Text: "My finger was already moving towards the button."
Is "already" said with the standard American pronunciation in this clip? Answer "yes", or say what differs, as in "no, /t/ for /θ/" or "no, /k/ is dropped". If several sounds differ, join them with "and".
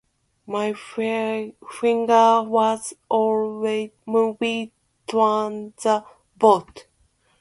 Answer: no, /w/ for /ɹ/